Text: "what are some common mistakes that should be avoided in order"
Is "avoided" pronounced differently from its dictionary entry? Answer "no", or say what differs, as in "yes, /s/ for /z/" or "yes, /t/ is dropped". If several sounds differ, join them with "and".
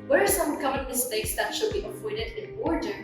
yes, /p/ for /v/